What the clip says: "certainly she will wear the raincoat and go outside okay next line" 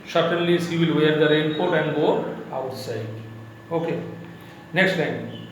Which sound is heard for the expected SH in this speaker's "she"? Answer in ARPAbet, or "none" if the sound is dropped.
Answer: S